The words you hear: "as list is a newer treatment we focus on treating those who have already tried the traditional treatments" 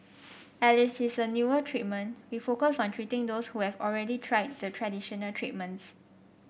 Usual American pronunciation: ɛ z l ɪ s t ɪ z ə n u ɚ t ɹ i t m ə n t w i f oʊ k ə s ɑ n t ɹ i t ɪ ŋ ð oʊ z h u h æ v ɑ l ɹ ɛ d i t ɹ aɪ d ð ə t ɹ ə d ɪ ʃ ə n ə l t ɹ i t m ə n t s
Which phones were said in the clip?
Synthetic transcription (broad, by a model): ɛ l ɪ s ɪ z ə n u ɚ t ɹ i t m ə n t w i f oʊ k ə s ɑ n t ɹ i t ɪ ŋ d oʊ s h u h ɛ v ɑ l ɹ ɛ d i t ɹ aɪ d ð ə t ɹ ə d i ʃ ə n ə l t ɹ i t m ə n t s